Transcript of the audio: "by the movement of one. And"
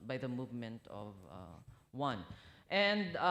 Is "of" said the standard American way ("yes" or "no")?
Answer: yes